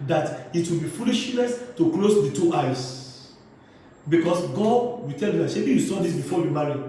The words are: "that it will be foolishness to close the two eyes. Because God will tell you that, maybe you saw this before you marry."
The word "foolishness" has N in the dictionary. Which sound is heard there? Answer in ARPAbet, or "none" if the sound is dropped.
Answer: L